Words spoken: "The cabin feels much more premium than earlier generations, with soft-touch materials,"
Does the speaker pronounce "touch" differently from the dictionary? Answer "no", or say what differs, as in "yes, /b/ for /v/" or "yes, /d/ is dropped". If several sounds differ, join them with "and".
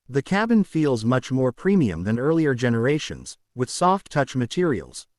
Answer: no